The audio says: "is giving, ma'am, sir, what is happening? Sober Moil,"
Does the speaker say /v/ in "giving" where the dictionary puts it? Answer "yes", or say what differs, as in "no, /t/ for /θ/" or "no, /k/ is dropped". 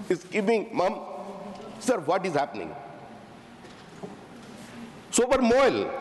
no, /p/ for /v/